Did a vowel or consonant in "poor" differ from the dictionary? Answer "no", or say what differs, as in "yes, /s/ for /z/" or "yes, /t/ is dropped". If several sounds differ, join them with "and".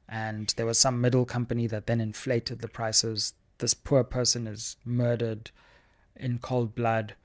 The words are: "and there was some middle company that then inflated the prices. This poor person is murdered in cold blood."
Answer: no